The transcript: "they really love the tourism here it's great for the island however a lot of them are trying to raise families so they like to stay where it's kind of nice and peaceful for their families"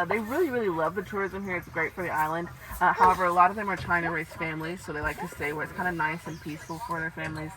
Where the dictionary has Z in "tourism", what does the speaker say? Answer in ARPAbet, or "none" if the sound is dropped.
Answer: Z